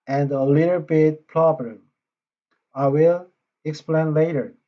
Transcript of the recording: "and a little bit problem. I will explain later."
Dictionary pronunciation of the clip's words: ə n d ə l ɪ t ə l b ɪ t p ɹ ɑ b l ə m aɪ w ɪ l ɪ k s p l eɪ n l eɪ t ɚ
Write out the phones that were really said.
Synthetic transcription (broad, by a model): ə n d ə l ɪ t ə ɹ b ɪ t p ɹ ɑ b ə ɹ aɪ w ɪ l ɪ k s p l eɪ n l eɪ t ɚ